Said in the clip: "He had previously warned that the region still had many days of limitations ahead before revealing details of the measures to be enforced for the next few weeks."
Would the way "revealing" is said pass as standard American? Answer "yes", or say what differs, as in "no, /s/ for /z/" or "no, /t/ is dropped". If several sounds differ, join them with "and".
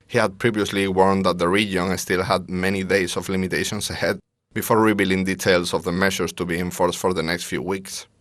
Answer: no, /b/ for /v/